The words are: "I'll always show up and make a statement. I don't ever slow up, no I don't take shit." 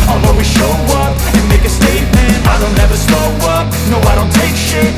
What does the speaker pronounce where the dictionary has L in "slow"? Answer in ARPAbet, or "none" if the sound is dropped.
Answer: none